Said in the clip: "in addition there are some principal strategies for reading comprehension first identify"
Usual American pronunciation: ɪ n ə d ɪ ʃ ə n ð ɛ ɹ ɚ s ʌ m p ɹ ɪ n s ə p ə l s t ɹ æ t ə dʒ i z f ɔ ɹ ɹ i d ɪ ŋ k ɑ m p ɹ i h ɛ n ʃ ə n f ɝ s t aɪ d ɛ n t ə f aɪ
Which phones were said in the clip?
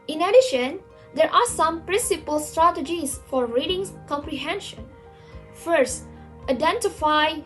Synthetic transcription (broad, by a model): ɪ n ə d ɪ ʃ ə n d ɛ ɹ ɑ s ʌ m p ɹ ɪ n s ə p ə l s t ɹ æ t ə dʒ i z f ɔ ɹ ɹ i d ɪ ŋ k ɑ m p ɹ i h ɛ n ʃ ə n f ɝ s t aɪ d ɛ n t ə f aɪ